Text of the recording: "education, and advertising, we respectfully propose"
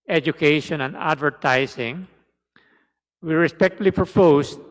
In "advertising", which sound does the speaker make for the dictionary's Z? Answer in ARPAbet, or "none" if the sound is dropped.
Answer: S